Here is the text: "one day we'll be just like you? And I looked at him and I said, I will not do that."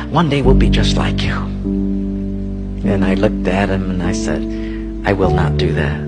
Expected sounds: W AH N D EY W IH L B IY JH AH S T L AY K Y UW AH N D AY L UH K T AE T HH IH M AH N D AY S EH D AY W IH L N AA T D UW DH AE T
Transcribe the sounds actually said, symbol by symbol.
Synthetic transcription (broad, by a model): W AH N D EY W IH L B IY JH AH S T L AY K Y UW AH N AY L UH K T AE T HH IH M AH N AY S EH D AY W IH L N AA T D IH DH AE T